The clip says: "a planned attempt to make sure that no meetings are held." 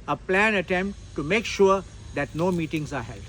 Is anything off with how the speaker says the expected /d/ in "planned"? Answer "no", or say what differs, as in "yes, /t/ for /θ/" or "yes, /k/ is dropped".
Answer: yes, /d/ is dropped